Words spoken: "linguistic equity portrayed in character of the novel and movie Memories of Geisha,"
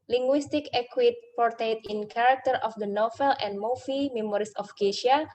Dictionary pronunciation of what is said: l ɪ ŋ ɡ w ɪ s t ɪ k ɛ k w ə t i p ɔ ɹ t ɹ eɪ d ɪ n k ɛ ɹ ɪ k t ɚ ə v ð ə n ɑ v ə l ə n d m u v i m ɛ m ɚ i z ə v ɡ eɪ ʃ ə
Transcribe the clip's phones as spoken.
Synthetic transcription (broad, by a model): l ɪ ŋ ɡ w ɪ s t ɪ k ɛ k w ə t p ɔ ɹ t eɪ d ɪ n k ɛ ɹ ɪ k t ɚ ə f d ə n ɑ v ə l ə n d m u f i m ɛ m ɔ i s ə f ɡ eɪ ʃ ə